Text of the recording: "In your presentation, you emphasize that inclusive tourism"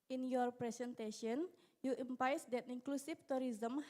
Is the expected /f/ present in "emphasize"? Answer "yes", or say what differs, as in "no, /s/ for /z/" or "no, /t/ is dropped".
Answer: no, /p/ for /f/